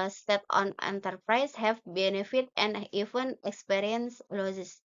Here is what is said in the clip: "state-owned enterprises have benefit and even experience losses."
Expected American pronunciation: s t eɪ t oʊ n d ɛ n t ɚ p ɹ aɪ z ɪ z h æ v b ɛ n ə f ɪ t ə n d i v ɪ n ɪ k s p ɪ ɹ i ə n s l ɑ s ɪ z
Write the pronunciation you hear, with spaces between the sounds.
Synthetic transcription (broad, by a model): s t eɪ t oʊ n ɛ n t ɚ p ɹ aɪ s h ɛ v b ɛ n ə f ɪ t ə n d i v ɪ n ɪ k s p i ɹ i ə n s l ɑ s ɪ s